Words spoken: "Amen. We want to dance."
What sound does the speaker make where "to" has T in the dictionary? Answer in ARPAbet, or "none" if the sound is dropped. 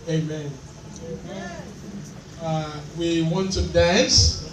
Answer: S